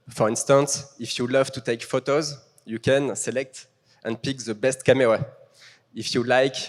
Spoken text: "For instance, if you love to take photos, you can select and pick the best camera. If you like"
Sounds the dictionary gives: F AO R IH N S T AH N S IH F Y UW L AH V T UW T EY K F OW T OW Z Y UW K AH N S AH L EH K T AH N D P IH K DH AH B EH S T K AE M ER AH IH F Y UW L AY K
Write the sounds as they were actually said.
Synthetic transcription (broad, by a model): F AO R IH N S T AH N S IH F Y UW L AH V T UW T EY K F OW T OW Z Y UW K AH N S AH L EH K T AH N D P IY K DH AH B EH S T K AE M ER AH IH F Y UW L AY K